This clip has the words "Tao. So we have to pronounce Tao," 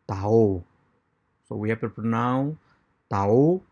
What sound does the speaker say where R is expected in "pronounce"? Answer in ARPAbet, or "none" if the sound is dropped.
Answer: none